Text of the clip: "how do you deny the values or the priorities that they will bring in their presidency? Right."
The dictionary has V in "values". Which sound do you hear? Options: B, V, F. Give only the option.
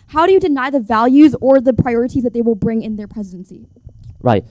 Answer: V